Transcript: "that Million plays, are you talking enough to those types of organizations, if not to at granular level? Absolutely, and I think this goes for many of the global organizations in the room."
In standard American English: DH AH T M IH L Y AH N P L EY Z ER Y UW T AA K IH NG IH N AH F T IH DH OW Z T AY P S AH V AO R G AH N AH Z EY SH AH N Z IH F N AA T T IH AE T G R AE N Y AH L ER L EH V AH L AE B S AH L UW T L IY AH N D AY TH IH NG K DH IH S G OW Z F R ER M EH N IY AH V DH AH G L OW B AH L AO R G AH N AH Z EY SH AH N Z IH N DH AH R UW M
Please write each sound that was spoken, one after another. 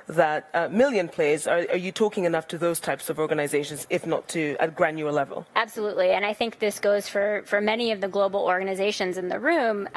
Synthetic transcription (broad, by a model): DH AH T M IH L Y AH N P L EY Z ER Y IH T AA K IH NG IH N AH F T IH DH OW Z T AY P S AH V AO R G AH N AH Z EY SH AH N Z IH F N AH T T IH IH T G R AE N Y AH ER L EH V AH L AE B S AH L UW T L IY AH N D AY TH IH NG K DH IH S G OW Z F R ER M EH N IY AH V DH AH G L OW B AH L AO R G AH N AH Z EY SH AH N Z IH N DH AH R UW M